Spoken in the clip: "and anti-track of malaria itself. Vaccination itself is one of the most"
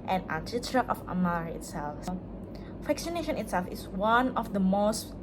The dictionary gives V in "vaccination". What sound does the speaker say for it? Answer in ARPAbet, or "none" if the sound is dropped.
F